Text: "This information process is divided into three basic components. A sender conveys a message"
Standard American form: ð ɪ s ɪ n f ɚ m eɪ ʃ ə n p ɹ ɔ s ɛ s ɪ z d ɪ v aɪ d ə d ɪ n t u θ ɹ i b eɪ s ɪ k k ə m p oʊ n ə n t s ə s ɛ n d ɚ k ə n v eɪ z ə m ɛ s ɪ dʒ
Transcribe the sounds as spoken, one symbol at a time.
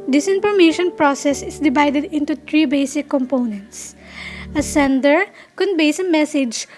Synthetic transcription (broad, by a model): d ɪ s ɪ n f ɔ m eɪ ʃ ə n p ɹ ɔ s ɛ s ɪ s d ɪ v aɪ d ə d ɪ n t u t ɹ i b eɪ s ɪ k k ə m p oʊ n ə n t s ə s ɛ n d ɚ k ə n b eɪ s ə m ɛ s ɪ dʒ